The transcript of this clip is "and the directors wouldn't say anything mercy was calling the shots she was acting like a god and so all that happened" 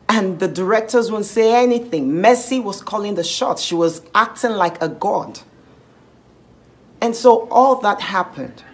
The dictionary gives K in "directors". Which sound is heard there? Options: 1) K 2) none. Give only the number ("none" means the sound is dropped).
1